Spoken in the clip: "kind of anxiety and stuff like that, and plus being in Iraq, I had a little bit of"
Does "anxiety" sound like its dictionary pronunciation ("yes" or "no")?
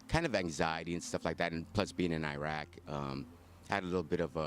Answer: yes